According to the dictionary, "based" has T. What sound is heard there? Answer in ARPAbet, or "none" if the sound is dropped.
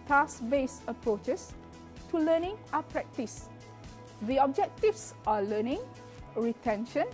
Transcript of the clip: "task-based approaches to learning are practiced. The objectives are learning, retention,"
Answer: none